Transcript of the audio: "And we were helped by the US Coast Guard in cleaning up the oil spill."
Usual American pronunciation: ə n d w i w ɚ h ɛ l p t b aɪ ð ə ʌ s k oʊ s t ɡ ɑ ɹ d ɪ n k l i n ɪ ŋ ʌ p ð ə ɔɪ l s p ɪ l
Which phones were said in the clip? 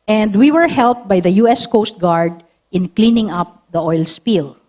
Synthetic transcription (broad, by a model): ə n d w i w ɚ h ɛ l p t b aɪ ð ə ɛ s k oʊ s t ɡ ɑ ɹ d ɪ n k l i n ɪ ŋ ʌ p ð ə ɔɪ l s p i l